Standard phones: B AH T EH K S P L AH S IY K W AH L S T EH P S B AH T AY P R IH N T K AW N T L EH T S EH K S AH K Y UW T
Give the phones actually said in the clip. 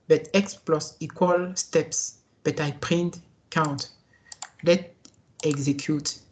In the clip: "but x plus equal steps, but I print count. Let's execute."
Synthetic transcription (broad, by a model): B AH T EH K S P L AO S IY K W AH L S T EH P S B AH T AY P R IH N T K AW N T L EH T EH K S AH K Y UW T